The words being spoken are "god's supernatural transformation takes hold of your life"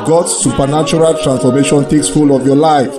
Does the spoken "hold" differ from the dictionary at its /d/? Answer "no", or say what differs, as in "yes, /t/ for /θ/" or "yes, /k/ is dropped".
yes, /d/ is dropped